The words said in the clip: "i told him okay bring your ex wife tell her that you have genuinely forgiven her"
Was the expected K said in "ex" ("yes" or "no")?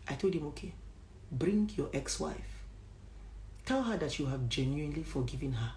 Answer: yes